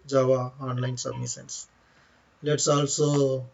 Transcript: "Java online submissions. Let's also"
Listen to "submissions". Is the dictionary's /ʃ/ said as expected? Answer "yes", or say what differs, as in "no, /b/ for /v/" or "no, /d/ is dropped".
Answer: no, /s/ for /ʃ/